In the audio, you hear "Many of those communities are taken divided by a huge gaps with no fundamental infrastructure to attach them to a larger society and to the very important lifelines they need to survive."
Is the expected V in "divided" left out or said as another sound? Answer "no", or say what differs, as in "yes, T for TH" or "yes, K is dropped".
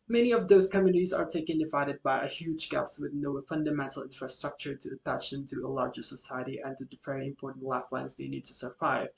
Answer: no